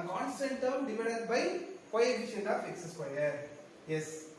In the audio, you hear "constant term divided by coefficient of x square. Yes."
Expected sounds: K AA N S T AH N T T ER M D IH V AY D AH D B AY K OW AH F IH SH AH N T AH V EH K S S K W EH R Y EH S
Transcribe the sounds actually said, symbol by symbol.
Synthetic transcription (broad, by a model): K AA N S T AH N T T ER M D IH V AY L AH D B AY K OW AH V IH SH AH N AH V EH K S S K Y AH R Y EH S